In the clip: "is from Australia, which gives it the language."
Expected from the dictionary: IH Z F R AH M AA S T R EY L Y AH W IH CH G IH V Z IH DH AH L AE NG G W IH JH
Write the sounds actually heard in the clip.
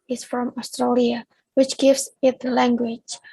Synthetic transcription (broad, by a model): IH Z F R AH M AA S T R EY L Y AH W IH CH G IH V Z IH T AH L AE NG G W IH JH